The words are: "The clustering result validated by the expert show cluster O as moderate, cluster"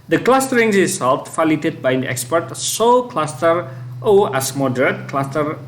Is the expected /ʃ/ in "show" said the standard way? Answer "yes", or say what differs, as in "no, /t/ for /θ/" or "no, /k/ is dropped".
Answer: no, /s/ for /ʃ/